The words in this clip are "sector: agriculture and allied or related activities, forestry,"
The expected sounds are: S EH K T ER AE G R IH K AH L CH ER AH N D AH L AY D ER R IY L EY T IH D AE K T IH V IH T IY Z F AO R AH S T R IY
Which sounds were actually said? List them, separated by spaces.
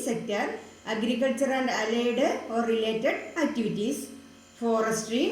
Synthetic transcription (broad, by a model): S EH K T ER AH G R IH K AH L CH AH AH N D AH L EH D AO R IY L EY T IH D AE K T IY V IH T IY S F AO R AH S T R IY